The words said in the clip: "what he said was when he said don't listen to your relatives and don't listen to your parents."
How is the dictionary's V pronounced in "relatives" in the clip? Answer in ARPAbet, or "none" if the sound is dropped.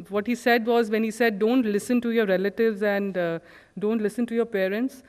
V